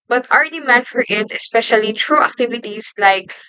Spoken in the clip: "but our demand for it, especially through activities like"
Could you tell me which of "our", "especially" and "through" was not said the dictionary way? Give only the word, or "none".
through